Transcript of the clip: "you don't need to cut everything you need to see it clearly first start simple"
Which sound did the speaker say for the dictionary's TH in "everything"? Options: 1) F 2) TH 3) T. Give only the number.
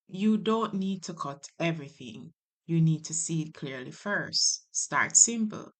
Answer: 2